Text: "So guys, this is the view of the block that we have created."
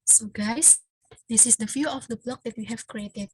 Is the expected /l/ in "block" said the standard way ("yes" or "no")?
yes